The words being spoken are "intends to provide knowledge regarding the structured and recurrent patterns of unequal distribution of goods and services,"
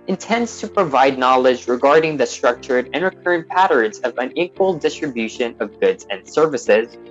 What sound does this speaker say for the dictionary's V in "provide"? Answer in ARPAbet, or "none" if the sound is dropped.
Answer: V